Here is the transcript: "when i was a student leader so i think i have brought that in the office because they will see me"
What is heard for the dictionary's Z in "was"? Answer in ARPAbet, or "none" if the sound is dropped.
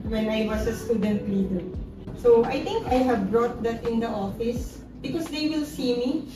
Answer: S